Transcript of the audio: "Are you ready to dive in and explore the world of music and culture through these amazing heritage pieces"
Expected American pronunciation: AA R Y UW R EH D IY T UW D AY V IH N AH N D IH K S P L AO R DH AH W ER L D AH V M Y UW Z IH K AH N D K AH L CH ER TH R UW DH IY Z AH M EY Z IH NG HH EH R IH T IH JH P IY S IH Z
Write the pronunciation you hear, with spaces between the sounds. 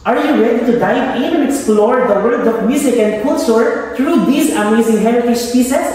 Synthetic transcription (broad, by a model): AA R Y UW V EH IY T UW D AY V IH N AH IH K S P L AO R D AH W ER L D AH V M Y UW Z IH K AH N D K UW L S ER T R UW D IY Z AH M EY Z IH NG HH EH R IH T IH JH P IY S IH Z